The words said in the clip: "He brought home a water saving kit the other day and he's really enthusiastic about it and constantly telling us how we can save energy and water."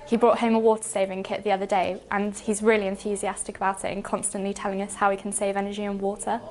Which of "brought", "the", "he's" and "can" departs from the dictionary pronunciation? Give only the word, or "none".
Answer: none